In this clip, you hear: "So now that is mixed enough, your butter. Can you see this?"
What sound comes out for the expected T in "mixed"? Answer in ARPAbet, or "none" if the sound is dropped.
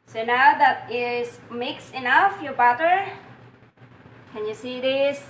none